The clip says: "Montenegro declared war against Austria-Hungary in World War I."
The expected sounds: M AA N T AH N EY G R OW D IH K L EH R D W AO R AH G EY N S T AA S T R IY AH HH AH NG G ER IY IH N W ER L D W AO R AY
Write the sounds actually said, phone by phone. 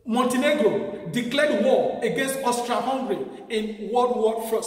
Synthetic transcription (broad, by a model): M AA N T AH N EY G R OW D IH K L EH D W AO AH G EY N S T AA S T R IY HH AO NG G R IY IH N W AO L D W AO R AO